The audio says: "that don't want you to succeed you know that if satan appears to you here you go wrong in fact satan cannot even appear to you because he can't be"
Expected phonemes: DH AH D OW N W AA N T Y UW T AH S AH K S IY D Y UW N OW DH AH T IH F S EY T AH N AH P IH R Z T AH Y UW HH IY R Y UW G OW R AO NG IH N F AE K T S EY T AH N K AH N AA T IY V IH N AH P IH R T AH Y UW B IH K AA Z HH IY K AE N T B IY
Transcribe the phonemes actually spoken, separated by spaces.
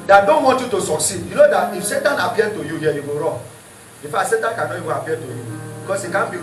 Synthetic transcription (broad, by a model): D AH D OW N W AA N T Y UW T AH S AH K S IY D Y UW N OW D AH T IH F S EY T AH N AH P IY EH T AH Y UW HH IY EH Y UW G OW R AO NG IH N F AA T S EY T AH N K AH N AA IY W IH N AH P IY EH T AH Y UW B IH K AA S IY K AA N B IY